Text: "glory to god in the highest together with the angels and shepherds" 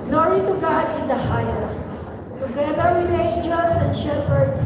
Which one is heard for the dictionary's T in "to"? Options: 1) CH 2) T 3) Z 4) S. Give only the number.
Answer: 2